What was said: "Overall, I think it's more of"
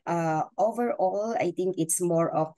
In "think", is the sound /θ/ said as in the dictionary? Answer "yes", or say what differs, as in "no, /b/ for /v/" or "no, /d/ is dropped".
no, /t/ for /θ/